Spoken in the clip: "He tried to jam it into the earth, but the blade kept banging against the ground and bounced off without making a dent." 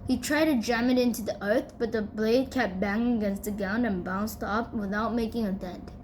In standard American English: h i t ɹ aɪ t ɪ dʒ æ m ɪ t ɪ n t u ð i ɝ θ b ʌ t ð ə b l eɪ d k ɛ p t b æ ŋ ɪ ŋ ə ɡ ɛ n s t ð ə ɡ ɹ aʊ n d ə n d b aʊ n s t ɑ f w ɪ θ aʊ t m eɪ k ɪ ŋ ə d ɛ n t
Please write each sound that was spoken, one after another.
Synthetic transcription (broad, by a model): h i t ɹ aɪ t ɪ dʒ æ m ɪ t ɪ n t u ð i ɝ θ b ʌ t ð ə b l eɪ d k ɛ p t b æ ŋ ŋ ə ɡ ɛ n s t ð ə ɡ aʊ n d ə n b aʊ n s t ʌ p w ɪ θ aʊ t m eɪ k ɪ ŋ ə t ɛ n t